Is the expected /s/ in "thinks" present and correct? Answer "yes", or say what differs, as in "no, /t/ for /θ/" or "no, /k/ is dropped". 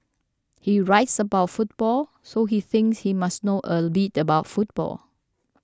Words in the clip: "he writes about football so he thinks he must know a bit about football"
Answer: yes